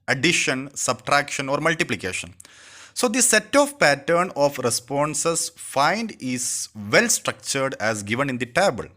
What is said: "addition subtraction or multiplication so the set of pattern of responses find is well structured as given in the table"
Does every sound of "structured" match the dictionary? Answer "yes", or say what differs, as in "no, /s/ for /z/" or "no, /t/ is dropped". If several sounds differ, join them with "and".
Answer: yes